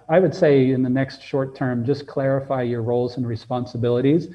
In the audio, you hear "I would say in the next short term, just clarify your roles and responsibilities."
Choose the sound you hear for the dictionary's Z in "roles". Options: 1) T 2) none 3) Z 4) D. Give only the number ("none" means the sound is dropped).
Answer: 3